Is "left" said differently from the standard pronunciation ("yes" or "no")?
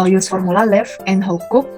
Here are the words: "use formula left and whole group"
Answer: yes